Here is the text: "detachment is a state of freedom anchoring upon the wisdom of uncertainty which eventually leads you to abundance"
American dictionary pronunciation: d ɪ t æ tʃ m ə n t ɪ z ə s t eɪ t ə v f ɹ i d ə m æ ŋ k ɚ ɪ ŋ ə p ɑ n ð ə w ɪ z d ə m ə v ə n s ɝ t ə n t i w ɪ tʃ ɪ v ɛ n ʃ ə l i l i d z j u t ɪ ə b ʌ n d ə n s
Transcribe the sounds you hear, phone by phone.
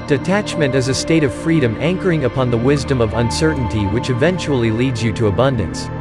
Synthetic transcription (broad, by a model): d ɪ t æ tʃ m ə n t ɪ z ə s t eɪ t ə v f ɹ i d ə m æ ŋ k ɚ ɪ ŋ ə p ɑ n ð ə w ɪ z d ə m ə v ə n s ɝ t n t i w ɪ tʃ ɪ v ɛ n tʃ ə l i l i d z j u t ɪ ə b ʌ n d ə n s